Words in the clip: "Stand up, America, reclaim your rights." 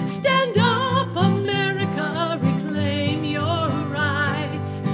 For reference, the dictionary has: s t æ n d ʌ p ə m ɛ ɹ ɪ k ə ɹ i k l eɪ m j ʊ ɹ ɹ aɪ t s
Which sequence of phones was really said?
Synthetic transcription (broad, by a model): s t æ n d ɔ f ə m ɛ ɹ ɪ k ə ɹ i k l eɪ m j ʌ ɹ ɹ aɪ t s